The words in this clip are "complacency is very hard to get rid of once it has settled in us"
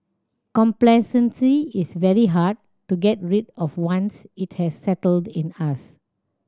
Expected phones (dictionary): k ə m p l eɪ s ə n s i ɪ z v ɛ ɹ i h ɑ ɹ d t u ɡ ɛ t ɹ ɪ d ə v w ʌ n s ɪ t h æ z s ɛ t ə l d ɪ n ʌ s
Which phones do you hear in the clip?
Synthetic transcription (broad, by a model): k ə m p l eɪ s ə n s i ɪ s v ɛ ɹ i h ɑ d t u ɡ ɛ t ɹ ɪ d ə f w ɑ n s ɪ t h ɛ s ɛ t ə l d ɪ n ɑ s